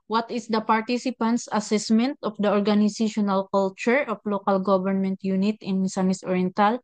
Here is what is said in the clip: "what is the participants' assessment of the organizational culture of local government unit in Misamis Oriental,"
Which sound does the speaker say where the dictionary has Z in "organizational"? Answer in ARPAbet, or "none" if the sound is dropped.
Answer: S